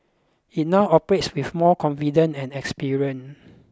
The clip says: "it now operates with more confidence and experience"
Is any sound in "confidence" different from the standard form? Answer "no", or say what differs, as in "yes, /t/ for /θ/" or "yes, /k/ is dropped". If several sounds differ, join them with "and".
yes, /s/ is dropped